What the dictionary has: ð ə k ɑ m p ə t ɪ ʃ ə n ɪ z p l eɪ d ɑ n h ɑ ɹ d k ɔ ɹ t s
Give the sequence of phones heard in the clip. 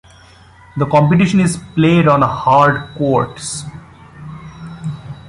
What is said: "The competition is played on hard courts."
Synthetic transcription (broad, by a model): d ə k ɑ m p ə t ɪ ʃ ə n ɪ z p l eɪ d ɑ n h ɑ ɹ d k ɔ ɹ t s